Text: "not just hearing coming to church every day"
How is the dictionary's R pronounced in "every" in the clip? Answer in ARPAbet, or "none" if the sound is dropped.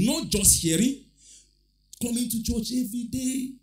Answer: none